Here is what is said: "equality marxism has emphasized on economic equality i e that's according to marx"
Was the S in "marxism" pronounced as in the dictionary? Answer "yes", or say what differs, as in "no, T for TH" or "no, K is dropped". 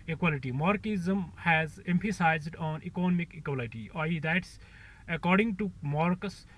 no, S is dropped